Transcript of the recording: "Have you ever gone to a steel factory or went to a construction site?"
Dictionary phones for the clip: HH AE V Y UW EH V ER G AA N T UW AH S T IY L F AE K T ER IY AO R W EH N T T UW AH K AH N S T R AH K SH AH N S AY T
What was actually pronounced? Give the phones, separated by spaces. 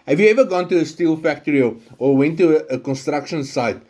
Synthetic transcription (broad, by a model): HH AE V Y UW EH V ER G AA N T UW AH S T IY L F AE K T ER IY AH L W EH N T T UW AH K AH N S T R AH K SH AH N S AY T